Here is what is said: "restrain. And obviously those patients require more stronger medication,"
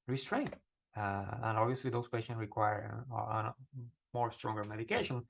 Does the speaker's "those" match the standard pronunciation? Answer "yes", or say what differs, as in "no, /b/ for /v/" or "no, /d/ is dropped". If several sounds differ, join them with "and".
no, /s/ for /z/